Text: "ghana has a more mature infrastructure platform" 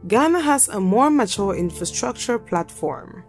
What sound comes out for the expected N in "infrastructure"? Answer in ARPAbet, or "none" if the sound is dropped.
N